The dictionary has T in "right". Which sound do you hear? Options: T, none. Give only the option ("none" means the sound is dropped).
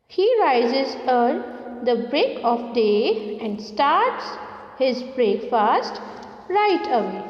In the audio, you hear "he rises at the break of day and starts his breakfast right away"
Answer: T